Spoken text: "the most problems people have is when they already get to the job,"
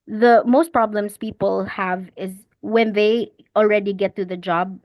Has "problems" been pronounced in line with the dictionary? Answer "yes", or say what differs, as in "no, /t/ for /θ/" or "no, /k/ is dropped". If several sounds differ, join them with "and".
no, /s/ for /z/